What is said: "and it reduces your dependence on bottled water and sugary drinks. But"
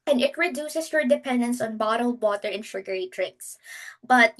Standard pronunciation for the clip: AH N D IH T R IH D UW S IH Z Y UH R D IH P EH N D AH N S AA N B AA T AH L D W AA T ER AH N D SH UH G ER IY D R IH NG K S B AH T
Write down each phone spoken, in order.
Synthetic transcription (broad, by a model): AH N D IH T R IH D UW S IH S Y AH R D IH P EH N D AH N S AA N B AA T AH L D W AA T ER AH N SH UH G ER IY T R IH K S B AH T